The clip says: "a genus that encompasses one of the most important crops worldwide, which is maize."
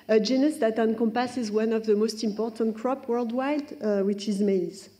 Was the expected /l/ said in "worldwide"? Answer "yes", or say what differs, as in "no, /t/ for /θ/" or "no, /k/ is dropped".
yes